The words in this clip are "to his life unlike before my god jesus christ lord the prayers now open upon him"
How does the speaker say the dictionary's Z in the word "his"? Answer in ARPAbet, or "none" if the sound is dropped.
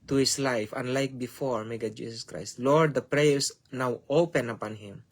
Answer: S